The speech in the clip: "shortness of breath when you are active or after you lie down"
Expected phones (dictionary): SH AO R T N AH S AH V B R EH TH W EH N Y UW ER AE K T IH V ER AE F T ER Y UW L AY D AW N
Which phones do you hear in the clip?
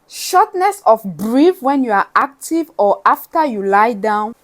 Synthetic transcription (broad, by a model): SH AO T N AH S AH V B R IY F W EH N Y UW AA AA K T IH V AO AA F T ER Y UW L AY D AW N